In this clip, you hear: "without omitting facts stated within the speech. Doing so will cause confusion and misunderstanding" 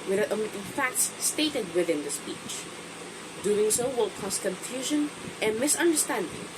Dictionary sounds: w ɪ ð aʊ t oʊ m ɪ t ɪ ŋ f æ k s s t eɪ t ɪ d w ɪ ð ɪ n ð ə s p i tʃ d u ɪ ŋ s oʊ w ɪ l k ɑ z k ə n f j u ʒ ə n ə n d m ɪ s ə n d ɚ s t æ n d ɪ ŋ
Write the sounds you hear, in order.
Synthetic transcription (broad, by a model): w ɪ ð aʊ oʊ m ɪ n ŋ f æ k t s t eɪ t ɪ d w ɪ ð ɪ n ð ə s p i tʃ d u ɪ ŋ s oʊ w ɪ l k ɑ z k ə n f j u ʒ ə n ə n m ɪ s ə n d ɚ s t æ n d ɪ ŋ